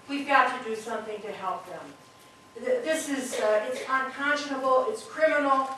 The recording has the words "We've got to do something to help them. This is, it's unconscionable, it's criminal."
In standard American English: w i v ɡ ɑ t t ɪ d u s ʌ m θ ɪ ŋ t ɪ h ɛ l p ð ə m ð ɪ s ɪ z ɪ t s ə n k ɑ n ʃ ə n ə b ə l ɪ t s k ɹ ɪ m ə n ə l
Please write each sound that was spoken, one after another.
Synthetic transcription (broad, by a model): w i v ɡ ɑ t t ɪ d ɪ s ʌ m θ ɪ ŋ t ɪ h ɛ l p ð ə m ð ɪ s ɪ z ɪ t s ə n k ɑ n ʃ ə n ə b l ɪ t s k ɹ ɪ m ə n l